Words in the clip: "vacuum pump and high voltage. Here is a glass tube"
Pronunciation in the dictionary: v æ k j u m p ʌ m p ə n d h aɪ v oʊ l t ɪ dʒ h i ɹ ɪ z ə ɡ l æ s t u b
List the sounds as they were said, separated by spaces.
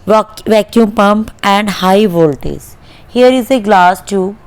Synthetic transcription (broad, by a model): v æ k j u m p ʌ m p ə n d h aɪ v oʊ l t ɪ z h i ɹ ɪ z ə ɡ l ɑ s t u